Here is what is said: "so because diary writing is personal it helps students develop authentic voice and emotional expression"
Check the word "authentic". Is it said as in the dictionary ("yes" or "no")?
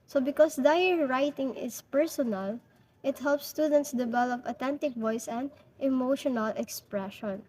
no